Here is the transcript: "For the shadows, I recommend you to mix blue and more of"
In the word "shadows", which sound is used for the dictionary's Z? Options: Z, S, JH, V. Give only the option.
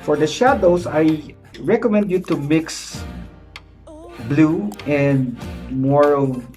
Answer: S